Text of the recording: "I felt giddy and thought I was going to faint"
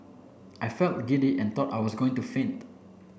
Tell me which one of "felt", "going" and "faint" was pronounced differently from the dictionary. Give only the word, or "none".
none